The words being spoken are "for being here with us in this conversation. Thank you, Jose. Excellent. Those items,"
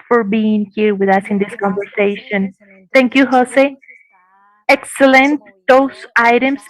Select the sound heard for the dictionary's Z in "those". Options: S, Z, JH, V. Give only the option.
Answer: S